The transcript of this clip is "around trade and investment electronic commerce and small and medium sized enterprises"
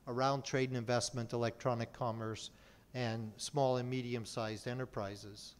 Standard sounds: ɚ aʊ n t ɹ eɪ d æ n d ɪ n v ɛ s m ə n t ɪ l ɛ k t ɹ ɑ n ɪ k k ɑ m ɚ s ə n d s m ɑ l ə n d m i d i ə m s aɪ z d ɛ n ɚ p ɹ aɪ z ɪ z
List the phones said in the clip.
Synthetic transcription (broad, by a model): ɚ aʊ n t ɹ eɪ d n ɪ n v ɛ s m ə n t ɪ l ɛ k t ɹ ɑ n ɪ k k ɑ m ɚ s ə n s m ɑ l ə n m i d i ə m s aɪ z d ɛ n ɚ p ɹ aɪ z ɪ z